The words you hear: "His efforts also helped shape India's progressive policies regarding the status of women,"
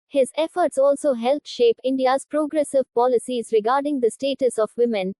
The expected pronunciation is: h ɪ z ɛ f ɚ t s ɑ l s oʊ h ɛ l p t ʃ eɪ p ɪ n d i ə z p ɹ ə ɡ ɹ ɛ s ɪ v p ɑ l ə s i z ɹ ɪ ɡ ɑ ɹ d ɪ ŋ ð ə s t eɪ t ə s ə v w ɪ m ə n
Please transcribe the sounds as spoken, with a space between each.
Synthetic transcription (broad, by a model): h ɪ z ɛ f ɚ t s ɑ l s oʊ h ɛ l t ʃ eɪ p ɪ n d i ə z p ɹ ə ɡ ɹ ɛ s ɪ v p ɑ l ə s i z ɹ ɪ ɡ ɑ ɹ d ɪ ŋ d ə s t eɪ t ə s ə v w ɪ m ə n